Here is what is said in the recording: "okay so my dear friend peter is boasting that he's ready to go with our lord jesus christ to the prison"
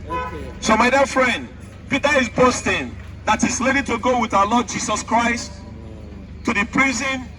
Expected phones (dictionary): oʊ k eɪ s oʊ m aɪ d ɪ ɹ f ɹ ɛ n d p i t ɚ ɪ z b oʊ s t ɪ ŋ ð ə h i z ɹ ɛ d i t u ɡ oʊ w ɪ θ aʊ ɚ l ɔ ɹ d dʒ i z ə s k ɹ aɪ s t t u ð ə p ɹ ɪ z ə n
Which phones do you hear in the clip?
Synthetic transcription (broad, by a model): s oʊ m aɪ d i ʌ f ɹ ɛ n d p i t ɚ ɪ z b oʊ s t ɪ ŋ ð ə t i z l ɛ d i t u ɡ oʊ w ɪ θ aʊ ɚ l ɔ d dʒ i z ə s k ɹ aɪ s t t u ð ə p ɹ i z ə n